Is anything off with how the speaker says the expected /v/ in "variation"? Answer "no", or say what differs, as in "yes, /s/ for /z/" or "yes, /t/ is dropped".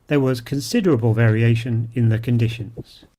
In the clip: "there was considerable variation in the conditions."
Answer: no